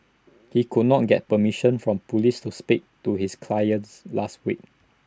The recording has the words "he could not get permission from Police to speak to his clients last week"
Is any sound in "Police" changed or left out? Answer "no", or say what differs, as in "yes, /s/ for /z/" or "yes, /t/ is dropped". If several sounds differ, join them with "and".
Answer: no